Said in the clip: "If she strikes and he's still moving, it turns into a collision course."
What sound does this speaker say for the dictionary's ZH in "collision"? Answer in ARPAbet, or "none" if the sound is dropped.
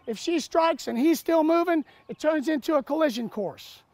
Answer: ZH